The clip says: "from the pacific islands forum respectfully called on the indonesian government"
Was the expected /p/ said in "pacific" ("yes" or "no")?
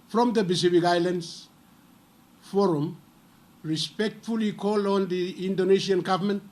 no